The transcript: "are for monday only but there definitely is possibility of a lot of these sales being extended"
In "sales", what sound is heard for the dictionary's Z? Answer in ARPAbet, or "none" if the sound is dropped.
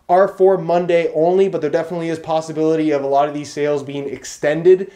Z